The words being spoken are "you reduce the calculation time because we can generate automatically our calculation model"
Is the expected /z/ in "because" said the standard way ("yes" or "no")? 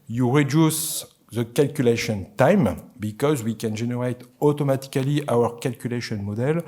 yes